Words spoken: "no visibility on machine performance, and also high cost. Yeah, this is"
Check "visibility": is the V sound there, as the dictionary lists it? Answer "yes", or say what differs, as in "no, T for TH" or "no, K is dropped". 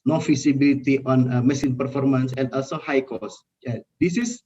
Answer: no, F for V